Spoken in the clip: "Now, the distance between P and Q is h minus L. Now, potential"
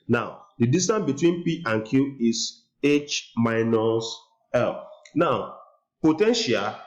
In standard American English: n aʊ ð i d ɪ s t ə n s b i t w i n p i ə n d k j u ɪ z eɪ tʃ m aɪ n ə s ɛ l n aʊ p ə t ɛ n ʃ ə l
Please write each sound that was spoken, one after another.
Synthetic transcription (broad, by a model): n aʊ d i d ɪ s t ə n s b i t w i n p i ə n k j u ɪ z eɪ tʃ m aɪ n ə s ɛ l n aʊ p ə t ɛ n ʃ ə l